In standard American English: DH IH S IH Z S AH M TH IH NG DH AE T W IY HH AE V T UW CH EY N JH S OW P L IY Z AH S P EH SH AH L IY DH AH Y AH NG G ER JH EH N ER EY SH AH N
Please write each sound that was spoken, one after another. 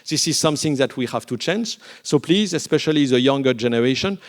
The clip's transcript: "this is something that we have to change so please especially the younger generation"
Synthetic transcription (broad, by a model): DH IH S IH Z S AH M TH IH NG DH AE T W IY HH AE V T UW CH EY N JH S OW P L IY Z AH S P EH SH AH L IY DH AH Y AH NG G ER JH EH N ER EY SH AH N